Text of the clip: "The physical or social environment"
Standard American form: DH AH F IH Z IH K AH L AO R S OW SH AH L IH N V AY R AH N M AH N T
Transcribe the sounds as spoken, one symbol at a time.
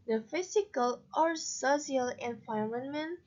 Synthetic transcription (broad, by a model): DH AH F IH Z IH K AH L AO R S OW S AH L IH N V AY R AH N M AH N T